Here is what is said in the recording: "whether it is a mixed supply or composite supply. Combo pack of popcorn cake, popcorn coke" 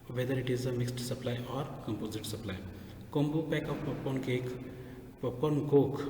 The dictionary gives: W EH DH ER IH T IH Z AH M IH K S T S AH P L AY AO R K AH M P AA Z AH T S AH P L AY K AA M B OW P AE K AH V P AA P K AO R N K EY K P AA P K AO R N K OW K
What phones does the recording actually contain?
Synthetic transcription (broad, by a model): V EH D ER IH T IH Z AH M IH K S T S AH P L AY AO R K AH M P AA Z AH T S AH P L AY K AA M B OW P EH K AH P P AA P AO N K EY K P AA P AO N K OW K